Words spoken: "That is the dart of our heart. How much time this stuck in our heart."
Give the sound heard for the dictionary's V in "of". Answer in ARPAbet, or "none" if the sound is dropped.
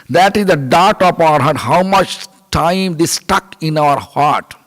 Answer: P